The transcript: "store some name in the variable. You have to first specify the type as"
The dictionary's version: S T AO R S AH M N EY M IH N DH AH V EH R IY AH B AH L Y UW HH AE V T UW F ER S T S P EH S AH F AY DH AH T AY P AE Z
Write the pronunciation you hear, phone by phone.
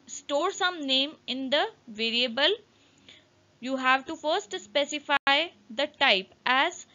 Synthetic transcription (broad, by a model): S T AO R S AH M N EY M IH N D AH V EH R IY AH B AH L Y UW HH AE V T UW F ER S T S P EH S AH F AY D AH T AY P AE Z